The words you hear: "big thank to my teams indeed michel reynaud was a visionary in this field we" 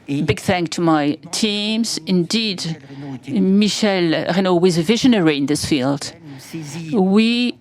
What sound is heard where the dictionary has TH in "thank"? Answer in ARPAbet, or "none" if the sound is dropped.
TH